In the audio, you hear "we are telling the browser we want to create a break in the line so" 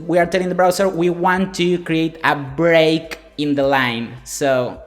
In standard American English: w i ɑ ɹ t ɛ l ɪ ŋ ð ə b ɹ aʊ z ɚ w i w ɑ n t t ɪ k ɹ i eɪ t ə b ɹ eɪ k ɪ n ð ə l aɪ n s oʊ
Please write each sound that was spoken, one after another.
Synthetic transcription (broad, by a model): w i ɑ ɹ t ɛ l ɪ ŋ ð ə b ɹ aʊ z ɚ w i w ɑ n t t ɪ k ɹ i eɪ t ə b ɹ eɪ k ɪ n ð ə l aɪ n s oʊ